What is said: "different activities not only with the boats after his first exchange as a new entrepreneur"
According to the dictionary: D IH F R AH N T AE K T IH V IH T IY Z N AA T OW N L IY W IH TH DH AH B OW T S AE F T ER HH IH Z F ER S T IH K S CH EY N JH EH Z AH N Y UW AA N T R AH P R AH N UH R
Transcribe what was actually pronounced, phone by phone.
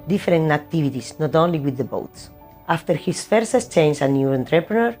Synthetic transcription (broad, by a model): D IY F R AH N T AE K T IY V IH T IY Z N AA T OW N L IY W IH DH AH B OW T S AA F T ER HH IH S F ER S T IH S CH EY N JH AH N Y UW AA N T R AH P R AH N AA R